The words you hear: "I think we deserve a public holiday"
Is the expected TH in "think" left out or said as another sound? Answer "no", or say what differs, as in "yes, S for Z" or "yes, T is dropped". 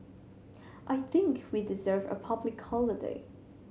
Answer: no